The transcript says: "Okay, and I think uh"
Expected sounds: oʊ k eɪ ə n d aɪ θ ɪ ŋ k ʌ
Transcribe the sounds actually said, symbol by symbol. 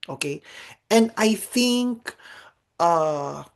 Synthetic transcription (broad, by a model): oʊ k eɪ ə n aɪ θ ɪ ŋ k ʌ